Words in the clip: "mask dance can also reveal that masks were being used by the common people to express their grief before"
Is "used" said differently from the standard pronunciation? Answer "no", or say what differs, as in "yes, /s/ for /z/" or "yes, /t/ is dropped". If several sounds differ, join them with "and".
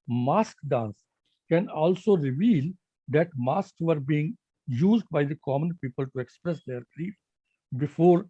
no